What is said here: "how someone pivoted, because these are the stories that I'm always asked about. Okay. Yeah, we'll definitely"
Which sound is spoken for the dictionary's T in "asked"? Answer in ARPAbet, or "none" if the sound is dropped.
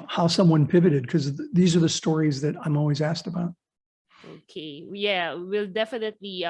T